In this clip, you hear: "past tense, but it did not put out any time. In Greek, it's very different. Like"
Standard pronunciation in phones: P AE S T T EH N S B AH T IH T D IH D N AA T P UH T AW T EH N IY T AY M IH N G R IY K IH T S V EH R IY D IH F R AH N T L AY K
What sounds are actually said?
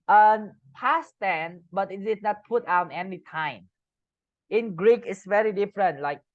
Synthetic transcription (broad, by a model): P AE S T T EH N B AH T IH T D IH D N AA T P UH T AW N EH N IY T AY M IH N G R IY K IH T S V EH R IY D IH F R AH N T L AY K